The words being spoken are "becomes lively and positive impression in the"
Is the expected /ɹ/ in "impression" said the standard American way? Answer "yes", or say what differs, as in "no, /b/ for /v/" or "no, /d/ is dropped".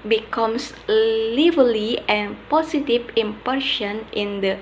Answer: no, /ɹ/ is dropped